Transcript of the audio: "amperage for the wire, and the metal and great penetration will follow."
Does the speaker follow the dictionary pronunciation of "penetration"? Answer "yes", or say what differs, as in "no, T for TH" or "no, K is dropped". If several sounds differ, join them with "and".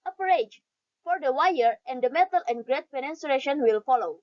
no, S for T